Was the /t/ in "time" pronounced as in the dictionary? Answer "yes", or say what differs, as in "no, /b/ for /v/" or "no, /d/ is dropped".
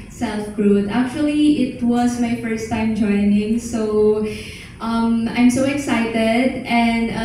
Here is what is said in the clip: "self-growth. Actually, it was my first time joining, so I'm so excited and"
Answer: yes